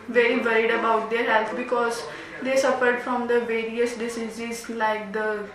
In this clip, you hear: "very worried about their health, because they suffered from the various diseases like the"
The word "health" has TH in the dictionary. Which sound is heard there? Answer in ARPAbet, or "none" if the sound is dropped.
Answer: F